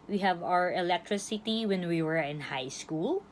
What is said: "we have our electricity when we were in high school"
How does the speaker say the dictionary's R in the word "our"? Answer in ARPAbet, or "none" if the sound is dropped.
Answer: R